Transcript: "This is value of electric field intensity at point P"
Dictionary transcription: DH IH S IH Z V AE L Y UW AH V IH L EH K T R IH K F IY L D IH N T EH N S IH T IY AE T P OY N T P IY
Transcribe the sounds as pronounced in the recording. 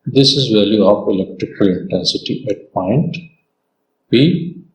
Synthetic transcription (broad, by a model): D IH S IH Z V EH L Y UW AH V IH L EH K T R IH K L IH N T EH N S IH T IY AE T P OY N T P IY